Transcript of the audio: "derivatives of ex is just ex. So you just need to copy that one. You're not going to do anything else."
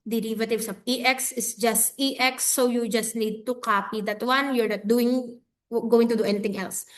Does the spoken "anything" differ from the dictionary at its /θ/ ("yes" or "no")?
yes